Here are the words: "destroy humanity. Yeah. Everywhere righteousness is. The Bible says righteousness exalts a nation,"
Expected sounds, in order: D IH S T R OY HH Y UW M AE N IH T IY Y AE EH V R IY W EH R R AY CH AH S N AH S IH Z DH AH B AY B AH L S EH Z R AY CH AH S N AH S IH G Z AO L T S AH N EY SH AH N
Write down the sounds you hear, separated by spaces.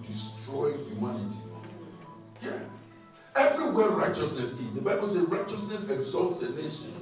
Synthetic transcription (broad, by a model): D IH S T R OY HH Y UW M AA N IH T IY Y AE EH V R IY W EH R R AY CH AH S N AH S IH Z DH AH B AY B AH L S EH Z R AY CH AH S N AH S IH G Z AO L T S AH N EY SH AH N